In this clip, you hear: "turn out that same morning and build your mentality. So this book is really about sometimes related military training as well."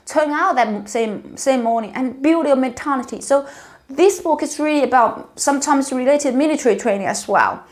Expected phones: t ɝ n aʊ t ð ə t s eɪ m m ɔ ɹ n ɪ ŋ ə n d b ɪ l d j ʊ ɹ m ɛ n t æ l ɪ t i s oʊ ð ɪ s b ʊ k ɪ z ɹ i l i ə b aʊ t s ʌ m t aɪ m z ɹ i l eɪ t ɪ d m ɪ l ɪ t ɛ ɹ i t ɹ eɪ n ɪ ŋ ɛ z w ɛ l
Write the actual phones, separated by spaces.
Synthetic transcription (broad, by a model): t ɝ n aʊ t ð ə t s eɪ m m ɔ ɹ n ɪ ŋ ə n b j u d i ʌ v m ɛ n t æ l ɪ t i s oʊ ð ɪ s b ʊ k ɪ s ɹ i l i ə b aʊ t s ʌ m t aɪ m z ɹ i l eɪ t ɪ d m ɪ l ɪ t ɛ ɹ i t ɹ eɪ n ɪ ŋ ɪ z w ɛ l